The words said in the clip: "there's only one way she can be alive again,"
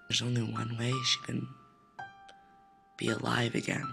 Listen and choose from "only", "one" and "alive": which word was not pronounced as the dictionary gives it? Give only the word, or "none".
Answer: none